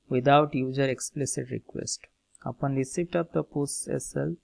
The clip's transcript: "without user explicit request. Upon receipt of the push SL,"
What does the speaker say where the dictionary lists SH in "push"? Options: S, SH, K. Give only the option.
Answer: S